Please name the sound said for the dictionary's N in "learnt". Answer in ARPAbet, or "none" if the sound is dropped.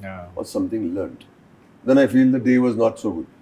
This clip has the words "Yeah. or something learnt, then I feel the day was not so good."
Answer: N